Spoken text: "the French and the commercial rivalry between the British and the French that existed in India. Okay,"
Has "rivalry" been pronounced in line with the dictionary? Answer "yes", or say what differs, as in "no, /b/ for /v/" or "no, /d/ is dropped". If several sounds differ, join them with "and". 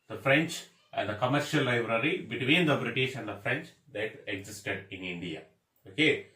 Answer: no, /l/ is dropped